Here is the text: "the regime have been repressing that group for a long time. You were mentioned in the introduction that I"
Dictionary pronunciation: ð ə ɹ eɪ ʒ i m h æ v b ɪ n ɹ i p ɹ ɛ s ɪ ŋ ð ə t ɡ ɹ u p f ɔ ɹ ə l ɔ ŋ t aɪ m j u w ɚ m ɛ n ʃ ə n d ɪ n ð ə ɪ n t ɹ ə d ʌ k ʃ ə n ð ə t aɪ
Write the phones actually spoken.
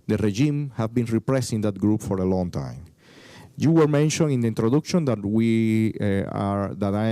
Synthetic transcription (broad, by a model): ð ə ɹ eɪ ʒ i m h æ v b ɪ n ɹ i p ɹ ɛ s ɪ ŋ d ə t ɡ ɹ u p f ɔ ɹ ə l ɔ ŋ t aɪ m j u w ɚ m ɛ n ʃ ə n ɪ n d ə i n t ɹ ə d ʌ k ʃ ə n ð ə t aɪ